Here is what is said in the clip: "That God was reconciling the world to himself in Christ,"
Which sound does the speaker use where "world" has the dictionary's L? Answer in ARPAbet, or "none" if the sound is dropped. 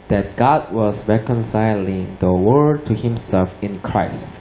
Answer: none